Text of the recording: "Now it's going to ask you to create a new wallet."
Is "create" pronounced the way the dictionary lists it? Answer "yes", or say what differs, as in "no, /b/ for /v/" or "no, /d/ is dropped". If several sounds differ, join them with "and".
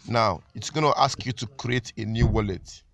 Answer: yes